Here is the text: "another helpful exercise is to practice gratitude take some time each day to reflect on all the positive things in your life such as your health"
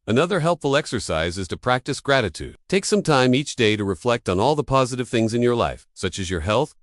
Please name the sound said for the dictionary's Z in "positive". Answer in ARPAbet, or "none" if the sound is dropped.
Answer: Z